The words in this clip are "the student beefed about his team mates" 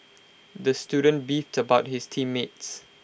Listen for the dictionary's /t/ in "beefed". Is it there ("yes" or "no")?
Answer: yes